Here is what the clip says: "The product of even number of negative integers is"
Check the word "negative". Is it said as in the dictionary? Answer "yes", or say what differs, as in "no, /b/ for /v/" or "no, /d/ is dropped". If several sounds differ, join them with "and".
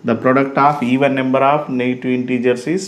no, /v/ is dropped